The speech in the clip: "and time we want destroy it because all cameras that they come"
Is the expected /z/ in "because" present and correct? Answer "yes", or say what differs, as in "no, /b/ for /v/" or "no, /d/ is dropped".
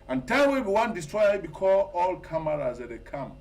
no, /z/ is dropped